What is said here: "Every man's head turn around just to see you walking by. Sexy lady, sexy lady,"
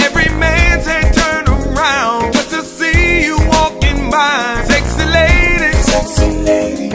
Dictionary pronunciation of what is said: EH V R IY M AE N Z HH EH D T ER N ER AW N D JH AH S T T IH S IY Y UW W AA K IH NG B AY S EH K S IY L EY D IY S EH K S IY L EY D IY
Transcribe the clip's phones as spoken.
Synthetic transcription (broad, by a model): EH V R IY M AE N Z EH T ER N ER AW N D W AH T T IH S IY Y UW W AA K IH NG B AY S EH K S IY L EY D IY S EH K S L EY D